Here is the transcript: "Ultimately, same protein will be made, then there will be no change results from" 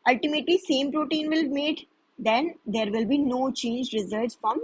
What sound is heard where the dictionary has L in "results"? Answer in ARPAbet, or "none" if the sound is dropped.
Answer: none